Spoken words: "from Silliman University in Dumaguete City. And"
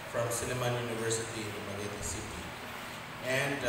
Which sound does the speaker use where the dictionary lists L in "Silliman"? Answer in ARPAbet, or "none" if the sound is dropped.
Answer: N